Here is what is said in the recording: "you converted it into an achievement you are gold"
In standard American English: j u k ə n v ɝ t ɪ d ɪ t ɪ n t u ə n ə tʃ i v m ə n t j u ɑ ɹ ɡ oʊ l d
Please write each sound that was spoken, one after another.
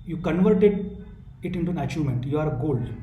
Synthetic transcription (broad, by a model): j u k ə n v ɝ t ɪ d ɪ t ɪ n t u ə n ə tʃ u m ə n t j u ɑ ɹ ɡ oʊ l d